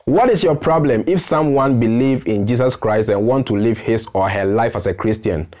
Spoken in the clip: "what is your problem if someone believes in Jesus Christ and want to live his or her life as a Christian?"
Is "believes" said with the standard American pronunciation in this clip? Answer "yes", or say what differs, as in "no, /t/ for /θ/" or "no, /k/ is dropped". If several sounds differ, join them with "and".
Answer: no, /z/ is dropped